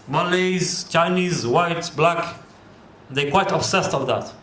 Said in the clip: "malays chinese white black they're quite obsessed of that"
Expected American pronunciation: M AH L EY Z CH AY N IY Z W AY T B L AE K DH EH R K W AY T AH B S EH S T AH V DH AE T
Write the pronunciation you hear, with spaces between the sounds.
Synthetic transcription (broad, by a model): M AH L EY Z CH AY N IY Z W AY T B L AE K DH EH K W AY T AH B S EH S T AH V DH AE T